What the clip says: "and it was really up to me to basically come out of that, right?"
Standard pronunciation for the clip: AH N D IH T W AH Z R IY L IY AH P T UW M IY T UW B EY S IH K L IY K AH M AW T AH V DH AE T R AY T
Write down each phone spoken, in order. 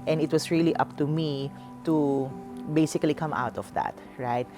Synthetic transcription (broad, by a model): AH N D IH T W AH S R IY L IY AH P T UW M IY T UW B EY S IH K L IY K AH M AW T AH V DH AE T R AY T